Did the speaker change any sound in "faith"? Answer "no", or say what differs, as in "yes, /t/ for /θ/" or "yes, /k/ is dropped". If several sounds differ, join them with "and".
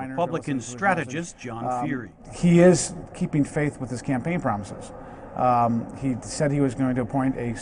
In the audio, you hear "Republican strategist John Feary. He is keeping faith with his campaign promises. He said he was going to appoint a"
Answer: no